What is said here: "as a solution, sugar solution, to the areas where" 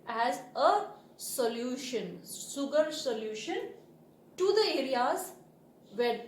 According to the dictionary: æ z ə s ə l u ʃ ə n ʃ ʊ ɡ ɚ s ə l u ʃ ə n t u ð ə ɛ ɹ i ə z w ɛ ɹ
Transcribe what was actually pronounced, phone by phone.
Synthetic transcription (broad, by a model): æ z ə s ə l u ʃ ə n s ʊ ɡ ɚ s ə l u ʃ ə n t u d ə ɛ ɹ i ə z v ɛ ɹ